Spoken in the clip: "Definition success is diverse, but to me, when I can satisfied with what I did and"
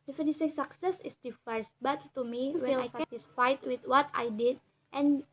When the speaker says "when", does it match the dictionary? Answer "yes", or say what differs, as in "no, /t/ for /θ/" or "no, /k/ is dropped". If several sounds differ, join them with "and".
no, /n/ is dropped